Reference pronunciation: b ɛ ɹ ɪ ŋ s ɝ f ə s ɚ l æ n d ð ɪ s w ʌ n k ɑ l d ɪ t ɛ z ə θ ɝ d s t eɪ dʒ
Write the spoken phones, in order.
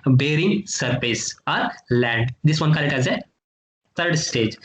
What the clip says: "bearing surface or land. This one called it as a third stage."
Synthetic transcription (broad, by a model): b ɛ ɹ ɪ ŋ s ɝ f ə s ɚ l æ n d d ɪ s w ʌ n k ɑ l ɪ t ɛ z ə t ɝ d s t eɪ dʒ